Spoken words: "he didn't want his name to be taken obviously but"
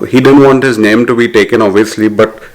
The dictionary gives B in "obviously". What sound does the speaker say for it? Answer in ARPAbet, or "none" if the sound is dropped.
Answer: none